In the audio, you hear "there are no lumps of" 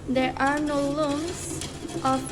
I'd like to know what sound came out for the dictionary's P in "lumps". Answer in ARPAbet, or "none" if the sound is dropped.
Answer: none